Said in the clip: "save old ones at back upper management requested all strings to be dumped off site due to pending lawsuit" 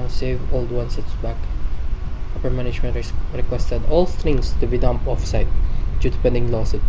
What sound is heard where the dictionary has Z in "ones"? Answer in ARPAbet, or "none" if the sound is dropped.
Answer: S